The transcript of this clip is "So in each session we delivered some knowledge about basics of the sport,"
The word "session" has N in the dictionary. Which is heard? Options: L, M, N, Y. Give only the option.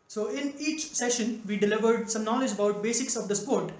N